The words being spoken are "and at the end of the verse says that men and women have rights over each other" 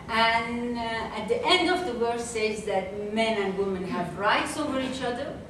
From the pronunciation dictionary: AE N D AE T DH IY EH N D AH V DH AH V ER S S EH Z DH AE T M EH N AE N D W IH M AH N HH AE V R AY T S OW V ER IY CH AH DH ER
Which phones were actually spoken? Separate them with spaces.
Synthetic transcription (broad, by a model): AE N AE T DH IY EH N D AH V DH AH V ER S S EH Z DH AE T M EH N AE N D W IH M AH N HH AE V R AY T S OW V ER IY CH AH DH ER